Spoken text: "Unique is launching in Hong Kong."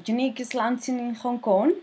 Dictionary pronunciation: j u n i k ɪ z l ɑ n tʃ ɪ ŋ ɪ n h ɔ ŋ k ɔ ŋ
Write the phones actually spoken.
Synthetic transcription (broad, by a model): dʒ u n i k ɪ s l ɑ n s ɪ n ɪ n h ɔ ŋ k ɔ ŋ